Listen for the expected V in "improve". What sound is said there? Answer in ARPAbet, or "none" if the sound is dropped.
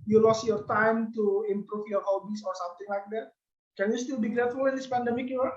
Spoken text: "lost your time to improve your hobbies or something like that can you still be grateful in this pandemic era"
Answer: F